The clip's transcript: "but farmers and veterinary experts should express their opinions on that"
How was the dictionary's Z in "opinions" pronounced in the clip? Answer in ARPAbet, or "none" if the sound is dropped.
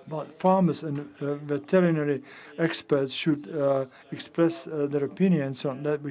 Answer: S